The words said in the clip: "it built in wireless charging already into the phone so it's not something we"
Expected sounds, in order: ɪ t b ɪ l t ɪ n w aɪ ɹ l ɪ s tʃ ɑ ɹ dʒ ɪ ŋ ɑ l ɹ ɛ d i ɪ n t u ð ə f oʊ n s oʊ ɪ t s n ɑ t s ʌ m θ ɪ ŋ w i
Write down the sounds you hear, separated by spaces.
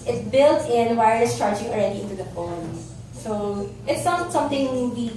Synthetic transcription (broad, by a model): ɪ t b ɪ l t ɪ n w aɪ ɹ ɪ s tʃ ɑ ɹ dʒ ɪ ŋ ɑ l ɹ ɛ d i ɪ n t u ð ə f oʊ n s oʊ ɪ t s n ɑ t s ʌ m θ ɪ ŋ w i